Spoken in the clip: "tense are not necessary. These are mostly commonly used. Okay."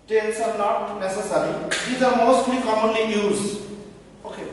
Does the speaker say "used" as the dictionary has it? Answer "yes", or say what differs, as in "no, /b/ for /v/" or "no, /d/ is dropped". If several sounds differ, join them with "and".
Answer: no, /d/ is dropped